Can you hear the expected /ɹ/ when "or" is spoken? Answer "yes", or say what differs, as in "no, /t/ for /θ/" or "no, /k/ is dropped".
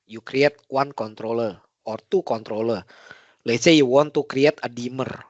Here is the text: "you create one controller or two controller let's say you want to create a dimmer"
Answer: yes